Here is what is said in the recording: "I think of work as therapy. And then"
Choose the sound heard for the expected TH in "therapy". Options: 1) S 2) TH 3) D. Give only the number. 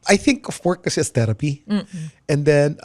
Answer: 1